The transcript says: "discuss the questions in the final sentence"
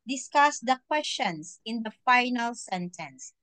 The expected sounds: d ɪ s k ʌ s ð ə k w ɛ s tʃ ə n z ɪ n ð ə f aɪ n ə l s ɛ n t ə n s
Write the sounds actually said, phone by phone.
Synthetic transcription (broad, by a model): d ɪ s k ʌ s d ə k w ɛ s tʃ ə n s ɪ n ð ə f aɪ n ə l s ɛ n t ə n s